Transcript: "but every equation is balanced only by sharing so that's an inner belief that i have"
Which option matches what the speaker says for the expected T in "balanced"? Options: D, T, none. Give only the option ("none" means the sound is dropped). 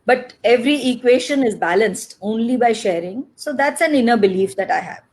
T